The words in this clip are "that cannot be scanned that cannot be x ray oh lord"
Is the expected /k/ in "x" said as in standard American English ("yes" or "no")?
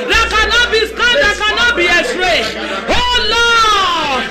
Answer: no